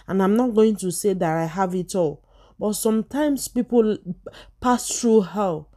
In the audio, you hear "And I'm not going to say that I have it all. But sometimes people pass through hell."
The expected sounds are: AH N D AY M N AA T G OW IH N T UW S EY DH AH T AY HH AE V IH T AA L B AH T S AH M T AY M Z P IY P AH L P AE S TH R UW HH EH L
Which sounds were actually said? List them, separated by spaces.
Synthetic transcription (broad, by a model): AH N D AY M N AA T G OW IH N T UW S EY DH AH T AY HH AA V IH T AA L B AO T S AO M T AY M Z P IY P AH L P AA S T R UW HH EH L